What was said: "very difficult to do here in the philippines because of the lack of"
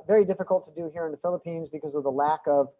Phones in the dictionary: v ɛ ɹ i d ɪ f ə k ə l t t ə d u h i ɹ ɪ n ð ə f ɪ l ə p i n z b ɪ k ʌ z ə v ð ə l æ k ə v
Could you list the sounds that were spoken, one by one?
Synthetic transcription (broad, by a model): v ɛ ɹ i d ɪ f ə k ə l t t ə d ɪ h i ɹ ɪ n ð ə f ɪ l ə p i n z b ɪ k ʌ z ə v ð ə l æ k ə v